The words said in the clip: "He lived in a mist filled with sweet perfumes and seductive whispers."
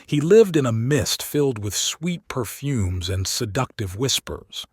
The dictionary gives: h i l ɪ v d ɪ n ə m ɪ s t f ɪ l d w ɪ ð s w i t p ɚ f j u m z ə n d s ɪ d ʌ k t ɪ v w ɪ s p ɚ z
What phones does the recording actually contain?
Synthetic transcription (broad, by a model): h i l ɪ v d ɪ n ə m ɪ s t f ɪ l d w ɪ ð s w i t p ɚ f j u m z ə n s ɪ d ʌ k t ɪ v w ɪ s p ɚ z